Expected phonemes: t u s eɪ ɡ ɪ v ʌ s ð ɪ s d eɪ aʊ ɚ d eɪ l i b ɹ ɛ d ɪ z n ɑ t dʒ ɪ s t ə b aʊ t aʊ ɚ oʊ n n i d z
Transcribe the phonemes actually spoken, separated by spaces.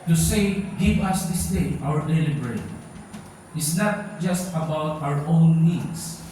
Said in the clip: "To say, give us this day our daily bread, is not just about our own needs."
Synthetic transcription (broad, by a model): t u s eɪ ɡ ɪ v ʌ s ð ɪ s d eɪ aʊ ɚ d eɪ l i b ɹ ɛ ɪ s n ɑ t dʒ ɪ s t ə b aʊ t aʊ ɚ oʊ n n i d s